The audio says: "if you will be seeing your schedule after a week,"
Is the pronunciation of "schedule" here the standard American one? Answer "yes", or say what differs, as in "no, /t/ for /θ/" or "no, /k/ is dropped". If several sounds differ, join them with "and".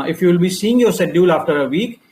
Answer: no, /k/ is dropped